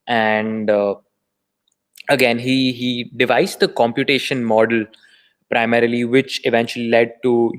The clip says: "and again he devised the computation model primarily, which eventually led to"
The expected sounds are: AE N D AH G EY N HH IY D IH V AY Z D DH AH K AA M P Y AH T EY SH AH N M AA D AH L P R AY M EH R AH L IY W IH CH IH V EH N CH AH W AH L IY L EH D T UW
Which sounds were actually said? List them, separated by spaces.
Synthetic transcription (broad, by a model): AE N D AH G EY N HH IY D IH V AY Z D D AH K AA M P Y AH T EY SH AH N M AA D AH L P R AY M EH R AH L IY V IH CH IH V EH N CH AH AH L IY L EH D T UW